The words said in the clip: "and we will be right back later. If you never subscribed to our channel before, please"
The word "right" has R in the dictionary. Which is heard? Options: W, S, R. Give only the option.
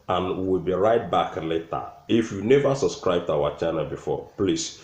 R